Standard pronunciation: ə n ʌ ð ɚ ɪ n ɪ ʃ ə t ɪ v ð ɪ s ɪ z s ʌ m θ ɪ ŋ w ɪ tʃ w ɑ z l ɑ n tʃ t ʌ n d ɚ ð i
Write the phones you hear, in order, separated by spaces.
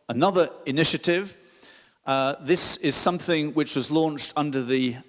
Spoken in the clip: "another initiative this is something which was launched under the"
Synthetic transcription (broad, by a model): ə n ʌ ð ɚ ɪ n ɪ ʃ ə t ɪ v ð ɪ s ɪ z s ʌ m θ ɪ ŋ w ɪ tʃ w ɑ z l ɑ n tʃ t ʌ n d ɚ ð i